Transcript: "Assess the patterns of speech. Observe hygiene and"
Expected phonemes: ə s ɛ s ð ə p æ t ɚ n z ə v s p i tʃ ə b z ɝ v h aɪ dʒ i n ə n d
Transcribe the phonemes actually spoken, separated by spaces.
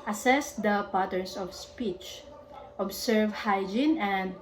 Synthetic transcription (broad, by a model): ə s ɛ s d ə p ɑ t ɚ n s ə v s p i tʃ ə b s ɝ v h aɪ dʒ i n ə n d